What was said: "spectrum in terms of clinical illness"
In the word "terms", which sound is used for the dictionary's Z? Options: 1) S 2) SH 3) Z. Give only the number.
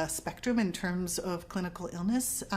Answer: 3